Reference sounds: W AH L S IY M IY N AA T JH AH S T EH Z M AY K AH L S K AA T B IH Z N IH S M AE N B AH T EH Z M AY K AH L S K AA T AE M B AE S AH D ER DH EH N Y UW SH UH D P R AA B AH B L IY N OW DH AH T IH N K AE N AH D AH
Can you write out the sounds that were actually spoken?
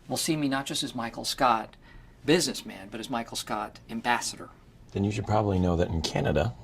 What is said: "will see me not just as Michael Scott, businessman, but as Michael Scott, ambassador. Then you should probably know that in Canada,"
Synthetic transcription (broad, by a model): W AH L S IY M IY N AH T JH AH S T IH Z M AY K L S K AA T B IH Z N IH S M AE N B AH T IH Z M AY K L S K AA T AE M B AE S AH D ER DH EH N Y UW SH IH D P R AA B AH B L IY N OW DH AH T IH N K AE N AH D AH